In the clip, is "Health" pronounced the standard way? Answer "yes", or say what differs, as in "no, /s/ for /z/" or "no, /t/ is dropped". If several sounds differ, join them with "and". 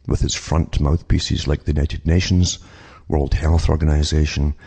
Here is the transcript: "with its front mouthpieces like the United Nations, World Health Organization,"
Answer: yes